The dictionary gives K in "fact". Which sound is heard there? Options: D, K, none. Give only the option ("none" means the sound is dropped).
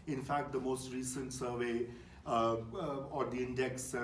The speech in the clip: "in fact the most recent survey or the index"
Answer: K